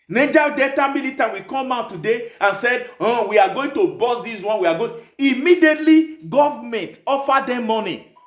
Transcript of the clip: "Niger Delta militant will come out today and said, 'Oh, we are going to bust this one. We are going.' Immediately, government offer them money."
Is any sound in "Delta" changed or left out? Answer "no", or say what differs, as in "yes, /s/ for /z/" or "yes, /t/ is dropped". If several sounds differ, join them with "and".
yes, /l/ is dropped